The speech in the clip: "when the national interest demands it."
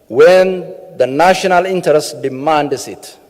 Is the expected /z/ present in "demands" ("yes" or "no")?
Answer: no